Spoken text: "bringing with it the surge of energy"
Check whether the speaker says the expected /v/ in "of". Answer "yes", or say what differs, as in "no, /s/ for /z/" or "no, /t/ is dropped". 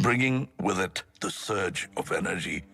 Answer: yes